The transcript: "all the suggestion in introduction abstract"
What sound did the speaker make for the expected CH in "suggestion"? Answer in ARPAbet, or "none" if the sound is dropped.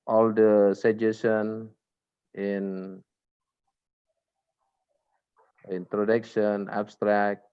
none